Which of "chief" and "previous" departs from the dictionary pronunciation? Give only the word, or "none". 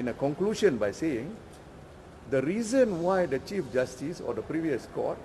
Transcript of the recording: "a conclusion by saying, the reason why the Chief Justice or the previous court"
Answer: none